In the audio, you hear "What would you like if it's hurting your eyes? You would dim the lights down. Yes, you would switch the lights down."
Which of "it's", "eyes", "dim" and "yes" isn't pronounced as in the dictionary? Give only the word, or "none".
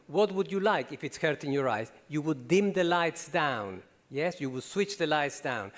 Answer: none